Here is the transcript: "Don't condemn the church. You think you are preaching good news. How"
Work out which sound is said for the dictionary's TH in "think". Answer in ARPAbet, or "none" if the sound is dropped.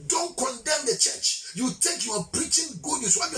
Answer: T